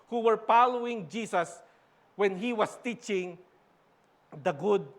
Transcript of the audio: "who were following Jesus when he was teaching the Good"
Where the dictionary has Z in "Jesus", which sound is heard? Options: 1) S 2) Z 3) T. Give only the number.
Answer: 1